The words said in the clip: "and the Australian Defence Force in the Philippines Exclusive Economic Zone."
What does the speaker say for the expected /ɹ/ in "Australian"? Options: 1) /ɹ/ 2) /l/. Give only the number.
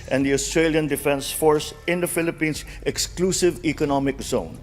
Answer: 1